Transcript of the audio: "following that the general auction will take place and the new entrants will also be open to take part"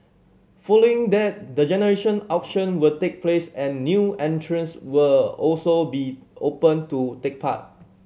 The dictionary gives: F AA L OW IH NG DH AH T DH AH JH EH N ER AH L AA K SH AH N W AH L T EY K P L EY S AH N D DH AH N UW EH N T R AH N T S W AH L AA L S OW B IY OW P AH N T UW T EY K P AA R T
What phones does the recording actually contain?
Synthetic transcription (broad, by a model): F AA L OW IH NG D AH T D AH JH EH N ER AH N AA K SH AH N W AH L T EY K P L EY S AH N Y UW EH N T R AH N S W AH L AA L S OW B IY OW P AH N T UW T EY K P AA T